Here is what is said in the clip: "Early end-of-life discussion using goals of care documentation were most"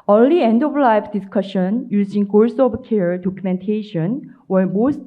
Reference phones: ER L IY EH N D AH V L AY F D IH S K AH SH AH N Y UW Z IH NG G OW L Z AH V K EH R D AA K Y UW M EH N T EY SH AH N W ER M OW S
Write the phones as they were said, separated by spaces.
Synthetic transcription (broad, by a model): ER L IY EH N D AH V L AY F D IH S K AH SH AH N Y UW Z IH NG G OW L S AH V K EH R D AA K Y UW M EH N T EY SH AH N W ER M OW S